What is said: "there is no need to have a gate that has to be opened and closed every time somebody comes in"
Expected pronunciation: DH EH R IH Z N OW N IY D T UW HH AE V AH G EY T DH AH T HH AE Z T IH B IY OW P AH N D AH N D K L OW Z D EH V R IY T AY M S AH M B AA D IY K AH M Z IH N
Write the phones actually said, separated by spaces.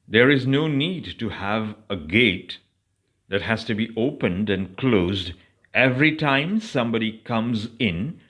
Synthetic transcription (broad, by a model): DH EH R IH Z N OW N IY D T UW HH AE V AH G EY T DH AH T HH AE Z T IH B IY OW P AH N D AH N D K L OW Z D EH V R IY T AY M S AH M B AA D IY K AH M Z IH N